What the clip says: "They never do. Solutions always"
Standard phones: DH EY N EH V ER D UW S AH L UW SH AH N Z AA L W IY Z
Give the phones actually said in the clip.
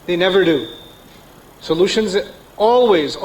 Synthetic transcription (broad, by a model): DH EY N EH V ER D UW S AH L UW SH AH N Z AA L W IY Z